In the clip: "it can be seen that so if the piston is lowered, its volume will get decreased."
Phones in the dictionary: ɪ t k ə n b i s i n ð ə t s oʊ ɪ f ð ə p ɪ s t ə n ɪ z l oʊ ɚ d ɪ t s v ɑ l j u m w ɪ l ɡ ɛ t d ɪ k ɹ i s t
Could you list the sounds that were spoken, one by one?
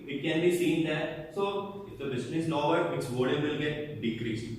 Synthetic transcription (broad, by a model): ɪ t k ə n b i s i n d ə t s oʊ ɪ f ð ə b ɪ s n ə n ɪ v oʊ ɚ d ɪ t s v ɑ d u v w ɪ l ɡ ɛ t d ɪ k ɹ i s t